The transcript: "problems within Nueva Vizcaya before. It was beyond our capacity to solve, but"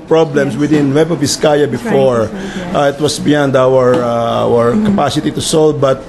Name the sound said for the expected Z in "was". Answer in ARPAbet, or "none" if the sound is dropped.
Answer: S